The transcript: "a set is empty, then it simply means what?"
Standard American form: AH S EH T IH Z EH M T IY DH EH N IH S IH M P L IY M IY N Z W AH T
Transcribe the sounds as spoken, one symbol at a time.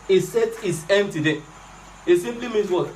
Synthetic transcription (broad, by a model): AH S EH T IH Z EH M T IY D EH IH S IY M P L IY M IY N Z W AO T